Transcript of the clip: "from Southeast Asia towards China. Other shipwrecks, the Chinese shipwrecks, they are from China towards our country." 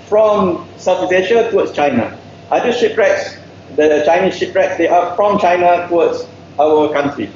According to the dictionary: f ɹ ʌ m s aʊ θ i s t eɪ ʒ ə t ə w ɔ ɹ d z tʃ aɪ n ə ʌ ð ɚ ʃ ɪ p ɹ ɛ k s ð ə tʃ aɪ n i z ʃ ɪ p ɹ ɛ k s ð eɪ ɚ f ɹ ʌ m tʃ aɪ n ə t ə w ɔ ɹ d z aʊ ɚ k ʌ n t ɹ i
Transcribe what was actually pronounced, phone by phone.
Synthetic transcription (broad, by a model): f ɹ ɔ m s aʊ f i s eɪ ʃ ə t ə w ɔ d s tʃ aɪ n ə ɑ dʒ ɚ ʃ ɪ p ɹ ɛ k s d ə tʃ aɪ n i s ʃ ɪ p ɹ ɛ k s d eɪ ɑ f ɹ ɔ m tʃ aɪ n ə t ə w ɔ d s aʊ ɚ k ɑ n t ɹ i